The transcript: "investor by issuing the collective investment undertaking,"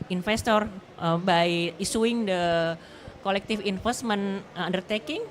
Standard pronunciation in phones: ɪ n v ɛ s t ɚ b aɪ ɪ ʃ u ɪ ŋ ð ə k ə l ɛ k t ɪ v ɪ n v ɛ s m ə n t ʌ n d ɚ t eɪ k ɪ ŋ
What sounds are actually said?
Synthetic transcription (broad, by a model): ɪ n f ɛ s t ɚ b aɪ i s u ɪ ŋ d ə k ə l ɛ k t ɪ f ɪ n f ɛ s m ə n ʌ n d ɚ t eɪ k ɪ ŋ